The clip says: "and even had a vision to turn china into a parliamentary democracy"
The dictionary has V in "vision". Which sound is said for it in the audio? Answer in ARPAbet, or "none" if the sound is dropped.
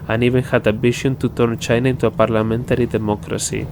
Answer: B